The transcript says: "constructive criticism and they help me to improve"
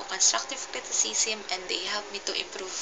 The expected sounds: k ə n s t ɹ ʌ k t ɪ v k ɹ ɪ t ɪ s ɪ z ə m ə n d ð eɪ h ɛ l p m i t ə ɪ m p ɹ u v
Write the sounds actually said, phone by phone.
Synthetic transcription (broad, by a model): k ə n s t ɹ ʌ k t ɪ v k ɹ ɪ t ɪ s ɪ s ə m ə n d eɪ h ɛ l p m i t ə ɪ m p ɹ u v